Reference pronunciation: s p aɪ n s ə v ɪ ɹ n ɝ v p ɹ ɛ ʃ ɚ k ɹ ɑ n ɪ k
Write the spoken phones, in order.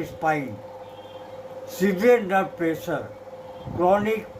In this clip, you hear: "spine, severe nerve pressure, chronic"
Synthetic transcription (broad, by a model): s p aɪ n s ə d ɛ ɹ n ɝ p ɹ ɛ s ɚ k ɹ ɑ n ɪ k